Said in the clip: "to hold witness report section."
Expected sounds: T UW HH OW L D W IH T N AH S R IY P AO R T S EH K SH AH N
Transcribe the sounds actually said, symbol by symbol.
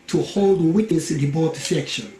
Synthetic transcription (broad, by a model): T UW HH OW L D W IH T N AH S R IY B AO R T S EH K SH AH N